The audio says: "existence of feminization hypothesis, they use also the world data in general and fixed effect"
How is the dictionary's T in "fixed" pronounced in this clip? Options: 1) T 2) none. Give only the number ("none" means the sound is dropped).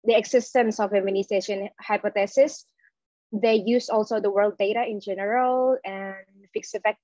2